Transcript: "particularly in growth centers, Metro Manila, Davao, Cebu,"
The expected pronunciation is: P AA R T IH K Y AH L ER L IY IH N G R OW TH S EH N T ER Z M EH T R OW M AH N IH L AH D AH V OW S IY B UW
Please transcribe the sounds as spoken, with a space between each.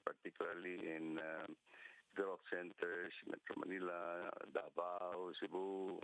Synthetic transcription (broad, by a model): P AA R T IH K Y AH L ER L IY IH N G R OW F S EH N T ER S M EH T R OW M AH N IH L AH D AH B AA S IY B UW